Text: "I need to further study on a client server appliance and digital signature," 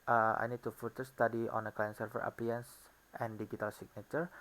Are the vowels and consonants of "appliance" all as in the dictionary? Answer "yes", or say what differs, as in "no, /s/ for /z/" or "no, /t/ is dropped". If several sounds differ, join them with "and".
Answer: no, /l/ is dropped